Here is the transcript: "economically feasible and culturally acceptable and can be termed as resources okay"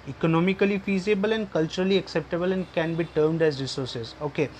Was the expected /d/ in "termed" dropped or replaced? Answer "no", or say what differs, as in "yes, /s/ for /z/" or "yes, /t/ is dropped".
no